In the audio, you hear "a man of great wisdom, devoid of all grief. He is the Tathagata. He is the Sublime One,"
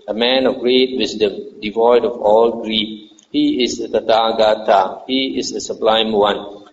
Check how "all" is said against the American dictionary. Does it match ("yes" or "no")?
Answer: yes